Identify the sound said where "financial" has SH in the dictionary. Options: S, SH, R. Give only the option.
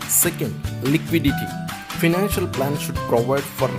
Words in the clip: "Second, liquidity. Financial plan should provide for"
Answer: SH